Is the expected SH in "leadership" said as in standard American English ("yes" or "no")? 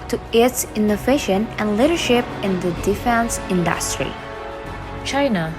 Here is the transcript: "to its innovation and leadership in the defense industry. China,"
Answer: yes